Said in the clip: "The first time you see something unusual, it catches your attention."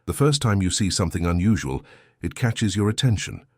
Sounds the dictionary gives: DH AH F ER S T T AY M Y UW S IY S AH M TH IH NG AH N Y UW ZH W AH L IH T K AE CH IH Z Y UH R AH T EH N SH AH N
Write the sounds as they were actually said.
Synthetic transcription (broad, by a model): DH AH F ER S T T AY M Y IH S IY S AH M TH IH NG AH N Y UW ZH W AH L IH T K AE CH IH Z Y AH R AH T EH N SH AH N